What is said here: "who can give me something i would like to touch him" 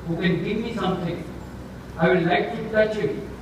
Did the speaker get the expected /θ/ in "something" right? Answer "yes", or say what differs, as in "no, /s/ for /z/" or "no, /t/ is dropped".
no, /t/ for /θ/